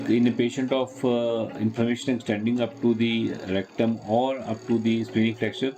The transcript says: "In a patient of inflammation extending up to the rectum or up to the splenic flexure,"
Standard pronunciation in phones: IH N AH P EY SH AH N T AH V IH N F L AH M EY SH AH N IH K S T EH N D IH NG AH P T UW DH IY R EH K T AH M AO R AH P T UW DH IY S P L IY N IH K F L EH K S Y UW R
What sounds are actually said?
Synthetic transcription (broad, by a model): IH N AH P EY SH AH N T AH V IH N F AH M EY SH AH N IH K S T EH N D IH NG AH P T UW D IY R EH K T AH M AO R AH P T UW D IY S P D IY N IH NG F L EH K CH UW R